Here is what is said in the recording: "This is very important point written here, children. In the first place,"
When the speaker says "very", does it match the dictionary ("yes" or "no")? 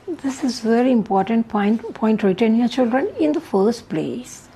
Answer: yes